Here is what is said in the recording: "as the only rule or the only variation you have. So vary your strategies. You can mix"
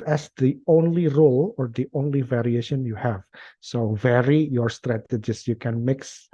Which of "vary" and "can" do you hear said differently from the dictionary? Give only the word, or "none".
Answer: none